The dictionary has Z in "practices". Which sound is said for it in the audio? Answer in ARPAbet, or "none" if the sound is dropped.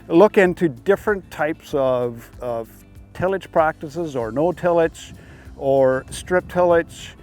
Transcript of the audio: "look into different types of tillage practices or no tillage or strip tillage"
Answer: Z